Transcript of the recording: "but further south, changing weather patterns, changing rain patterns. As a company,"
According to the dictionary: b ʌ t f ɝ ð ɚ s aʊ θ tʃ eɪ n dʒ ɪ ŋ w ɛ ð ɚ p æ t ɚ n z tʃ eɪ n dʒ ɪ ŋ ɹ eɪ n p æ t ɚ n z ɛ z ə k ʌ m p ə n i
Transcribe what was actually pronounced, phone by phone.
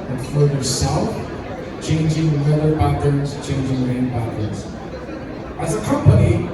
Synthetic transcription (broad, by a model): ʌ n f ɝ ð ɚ s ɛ f tʃ eɪ n dʒ ɪ ŋ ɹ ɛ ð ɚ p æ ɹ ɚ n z tʃ eɪ n dʒ ɪ ŋ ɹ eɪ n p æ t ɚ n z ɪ z ə k ʌ m p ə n i